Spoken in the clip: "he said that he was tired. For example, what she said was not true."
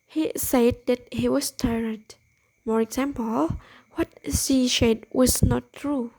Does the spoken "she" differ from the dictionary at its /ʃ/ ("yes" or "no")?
yes